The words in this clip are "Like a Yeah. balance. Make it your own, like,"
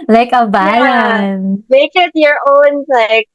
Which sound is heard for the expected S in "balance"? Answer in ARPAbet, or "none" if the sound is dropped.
none